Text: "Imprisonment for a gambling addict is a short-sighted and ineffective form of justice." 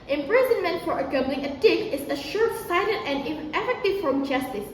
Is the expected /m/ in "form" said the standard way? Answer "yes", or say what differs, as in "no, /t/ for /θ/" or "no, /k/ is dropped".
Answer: no, /m/ is dropped